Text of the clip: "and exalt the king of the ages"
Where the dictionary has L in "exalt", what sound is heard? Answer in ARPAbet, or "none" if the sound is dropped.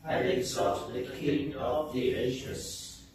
none